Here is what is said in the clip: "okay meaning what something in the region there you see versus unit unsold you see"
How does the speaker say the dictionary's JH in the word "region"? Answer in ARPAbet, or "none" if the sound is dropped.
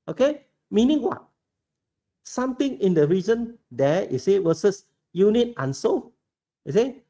Z